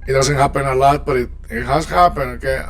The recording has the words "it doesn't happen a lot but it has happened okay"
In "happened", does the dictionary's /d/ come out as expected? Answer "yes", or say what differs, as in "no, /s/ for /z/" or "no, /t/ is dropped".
no, /d/ is dropped